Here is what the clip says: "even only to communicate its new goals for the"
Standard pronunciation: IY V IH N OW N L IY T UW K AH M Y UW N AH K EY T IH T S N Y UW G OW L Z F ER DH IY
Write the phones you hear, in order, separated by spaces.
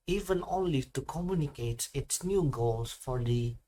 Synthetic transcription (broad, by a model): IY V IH N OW L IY T UW K AH M Y UW N AH K EY T IH T S N Y UW G OW L S F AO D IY